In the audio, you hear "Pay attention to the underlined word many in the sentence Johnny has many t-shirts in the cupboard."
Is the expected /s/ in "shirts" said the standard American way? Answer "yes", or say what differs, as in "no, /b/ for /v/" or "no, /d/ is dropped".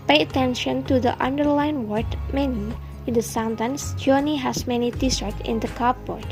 no, /s/ is dropped